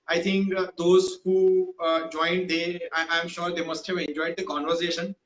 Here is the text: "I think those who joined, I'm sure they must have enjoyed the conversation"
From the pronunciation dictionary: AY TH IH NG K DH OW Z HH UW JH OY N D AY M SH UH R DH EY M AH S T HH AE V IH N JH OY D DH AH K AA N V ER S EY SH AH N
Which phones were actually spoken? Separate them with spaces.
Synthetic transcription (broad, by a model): AY T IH NG K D OW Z HH UW JH OY N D AY M SH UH R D EY M AH S T HH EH V IH N JH OY D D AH K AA N V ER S EY SH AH N